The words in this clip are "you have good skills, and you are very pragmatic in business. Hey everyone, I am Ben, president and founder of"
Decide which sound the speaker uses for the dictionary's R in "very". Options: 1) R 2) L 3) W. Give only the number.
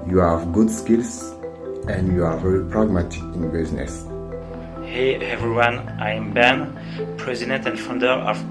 1